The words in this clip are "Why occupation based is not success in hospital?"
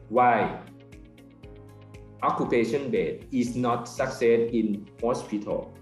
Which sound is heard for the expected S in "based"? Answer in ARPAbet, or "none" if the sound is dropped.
none